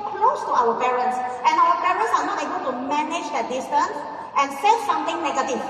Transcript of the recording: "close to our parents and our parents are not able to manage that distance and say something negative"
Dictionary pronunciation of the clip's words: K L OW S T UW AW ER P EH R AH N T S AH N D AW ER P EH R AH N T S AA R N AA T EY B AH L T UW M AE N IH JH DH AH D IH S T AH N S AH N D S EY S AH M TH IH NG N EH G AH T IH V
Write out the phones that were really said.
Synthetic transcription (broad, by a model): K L OW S T UW AW ER P EH R AH N T S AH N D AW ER P EH R AH N T S AA R N AA T EY B AH L T UW M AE N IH JH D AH D IH S T AH N S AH N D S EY S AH M T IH NG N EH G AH T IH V